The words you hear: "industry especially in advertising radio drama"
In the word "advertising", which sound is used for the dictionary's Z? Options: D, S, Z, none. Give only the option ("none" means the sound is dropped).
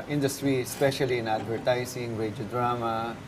S